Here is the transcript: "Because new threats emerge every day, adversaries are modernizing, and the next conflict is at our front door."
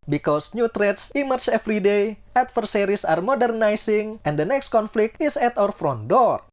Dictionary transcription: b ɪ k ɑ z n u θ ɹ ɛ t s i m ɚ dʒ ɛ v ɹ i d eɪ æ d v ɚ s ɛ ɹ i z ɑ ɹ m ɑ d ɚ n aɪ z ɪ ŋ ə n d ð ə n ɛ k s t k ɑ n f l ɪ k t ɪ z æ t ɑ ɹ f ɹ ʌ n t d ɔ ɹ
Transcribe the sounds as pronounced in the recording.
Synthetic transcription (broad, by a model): b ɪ k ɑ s n u t ɹ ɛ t s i m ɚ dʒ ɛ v ɹ i d eɪ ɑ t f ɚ s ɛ ɹ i s ɑ ɹ m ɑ d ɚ n aɪ s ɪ ŋ ə n d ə n ɛ k s t k ɑ n f l ɪ k t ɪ s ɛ t ɑ ɹ f ɹ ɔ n d ɔ ɹ